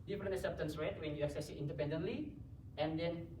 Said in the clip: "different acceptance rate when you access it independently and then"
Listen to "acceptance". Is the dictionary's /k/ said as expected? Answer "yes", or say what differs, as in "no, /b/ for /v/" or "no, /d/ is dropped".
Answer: no, /k/ is dropped